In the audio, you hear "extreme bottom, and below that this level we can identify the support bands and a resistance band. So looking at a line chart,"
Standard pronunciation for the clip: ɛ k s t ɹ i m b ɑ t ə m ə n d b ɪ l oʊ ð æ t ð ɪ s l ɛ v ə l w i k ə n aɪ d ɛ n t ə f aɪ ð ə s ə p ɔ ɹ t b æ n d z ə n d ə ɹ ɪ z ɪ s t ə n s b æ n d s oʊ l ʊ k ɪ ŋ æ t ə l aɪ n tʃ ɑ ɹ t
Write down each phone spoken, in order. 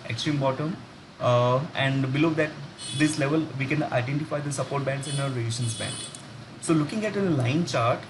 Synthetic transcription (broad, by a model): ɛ k s t ɹ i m b ɑ t ə m ə n d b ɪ l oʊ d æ t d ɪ s l ɛ v ə l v i k ə n aɪ d ɛ n t ə f aɪ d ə s ə p ɔ ɹ t b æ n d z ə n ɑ ə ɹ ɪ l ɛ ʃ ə n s b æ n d s oʊ l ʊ k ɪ ŋ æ t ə l aɪ n tʃ ɑ ɹ t